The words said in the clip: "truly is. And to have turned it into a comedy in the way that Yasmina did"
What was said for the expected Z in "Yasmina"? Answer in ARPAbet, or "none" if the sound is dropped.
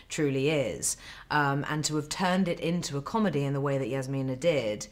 Z